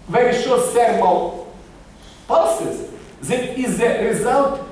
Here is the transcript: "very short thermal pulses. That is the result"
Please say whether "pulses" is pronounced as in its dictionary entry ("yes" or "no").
no